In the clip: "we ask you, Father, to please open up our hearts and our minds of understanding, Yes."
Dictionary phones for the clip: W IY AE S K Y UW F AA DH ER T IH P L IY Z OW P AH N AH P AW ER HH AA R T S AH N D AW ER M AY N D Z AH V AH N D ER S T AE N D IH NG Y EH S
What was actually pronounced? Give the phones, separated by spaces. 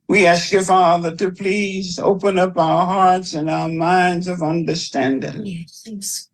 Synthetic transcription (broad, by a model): W IY AE S K Y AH F AA DH ER T IH P L IY Z OW P AH N AH P AW ER HH AA R T S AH N AW ER M AY N D Z AH V AH N D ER S T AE N D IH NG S